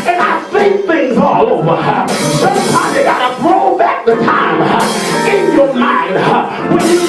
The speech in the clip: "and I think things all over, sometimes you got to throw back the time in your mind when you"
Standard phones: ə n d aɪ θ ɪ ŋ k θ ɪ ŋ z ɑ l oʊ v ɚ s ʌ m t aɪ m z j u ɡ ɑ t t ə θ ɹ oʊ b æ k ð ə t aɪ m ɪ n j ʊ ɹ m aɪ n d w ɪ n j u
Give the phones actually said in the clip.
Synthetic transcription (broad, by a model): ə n aɪ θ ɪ k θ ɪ ŋ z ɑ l oʊ v ɚ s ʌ t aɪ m j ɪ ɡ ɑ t t ə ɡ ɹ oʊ b æ k ð ə t aɪ m ɪ n j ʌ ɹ m aɪ n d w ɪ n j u